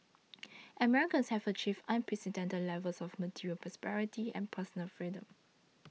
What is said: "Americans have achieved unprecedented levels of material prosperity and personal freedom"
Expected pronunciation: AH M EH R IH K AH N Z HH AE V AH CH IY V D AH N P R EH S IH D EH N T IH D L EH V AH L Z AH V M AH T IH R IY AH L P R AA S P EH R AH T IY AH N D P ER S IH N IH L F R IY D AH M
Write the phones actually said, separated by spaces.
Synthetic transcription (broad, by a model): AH M EH R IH K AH N S HH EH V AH CH IY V AH N P R EH S IH D EH N T IH D L EH V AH L S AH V M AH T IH R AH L P R AA S P EH R AH T IY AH N P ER S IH N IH L F R IY D AH M